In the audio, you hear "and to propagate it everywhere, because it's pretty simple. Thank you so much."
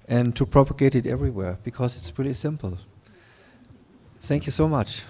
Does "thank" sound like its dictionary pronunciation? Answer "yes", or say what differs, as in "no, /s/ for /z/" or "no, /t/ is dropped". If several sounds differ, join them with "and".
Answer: yes